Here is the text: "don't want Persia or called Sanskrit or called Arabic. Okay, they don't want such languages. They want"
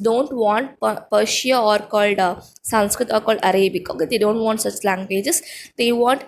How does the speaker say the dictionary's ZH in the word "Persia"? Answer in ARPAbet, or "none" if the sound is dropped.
SH